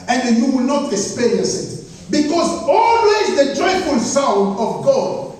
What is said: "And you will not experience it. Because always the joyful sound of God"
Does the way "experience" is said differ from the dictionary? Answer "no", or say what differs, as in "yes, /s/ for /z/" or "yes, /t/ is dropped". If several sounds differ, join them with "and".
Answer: yes, /n/ is dropped